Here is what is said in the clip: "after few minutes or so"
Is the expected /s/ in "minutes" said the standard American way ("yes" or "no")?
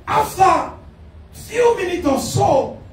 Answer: no